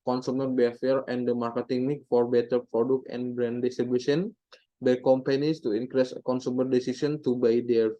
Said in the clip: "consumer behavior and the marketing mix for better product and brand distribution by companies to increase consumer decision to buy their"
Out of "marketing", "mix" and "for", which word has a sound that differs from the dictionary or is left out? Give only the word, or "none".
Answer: mix